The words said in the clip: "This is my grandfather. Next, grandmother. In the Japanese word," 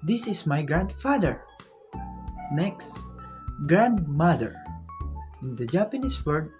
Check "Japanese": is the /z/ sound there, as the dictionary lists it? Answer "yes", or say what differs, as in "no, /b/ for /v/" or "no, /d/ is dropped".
no, /s/ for /z/